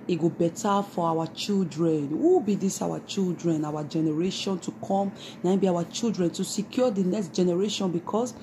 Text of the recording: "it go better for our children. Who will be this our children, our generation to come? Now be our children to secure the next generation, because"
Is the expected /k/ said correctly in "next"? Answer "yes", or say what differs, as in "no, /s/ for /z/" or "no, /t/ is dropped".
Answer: yes